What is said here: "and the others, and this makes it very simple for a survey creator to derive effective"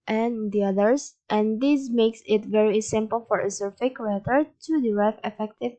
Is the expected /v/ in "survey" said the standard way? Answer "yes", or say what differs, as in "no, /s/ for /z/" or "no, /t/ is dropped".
no, /f/ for /v/